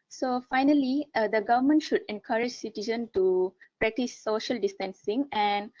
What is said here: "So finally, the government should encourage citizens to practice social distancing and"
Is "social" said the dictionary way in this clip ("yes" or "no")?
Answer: yes